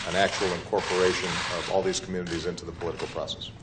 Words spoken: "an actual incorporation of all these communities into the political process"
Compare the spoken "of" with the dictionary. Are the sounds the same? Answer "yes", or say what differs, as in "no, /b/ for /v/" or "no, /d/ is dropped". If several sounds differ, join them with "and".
yes